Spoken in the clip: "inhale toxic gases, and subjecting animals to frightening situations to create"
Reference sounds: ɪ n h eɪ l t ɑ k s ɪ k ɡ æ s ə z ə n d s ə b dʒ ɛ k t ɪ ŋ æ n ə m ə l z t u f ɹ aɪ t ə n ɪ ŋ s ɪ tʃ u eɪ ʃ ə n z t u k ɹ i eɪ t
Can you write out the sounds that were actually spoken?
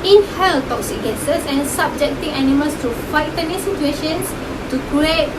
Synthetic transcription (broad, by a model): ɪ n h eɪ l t ɑ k s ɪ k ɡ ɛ s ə s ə n s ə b dʒ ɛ k t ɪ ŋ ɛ n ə m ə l s t u f aɪ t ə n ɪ s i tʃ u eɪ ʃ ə n s t u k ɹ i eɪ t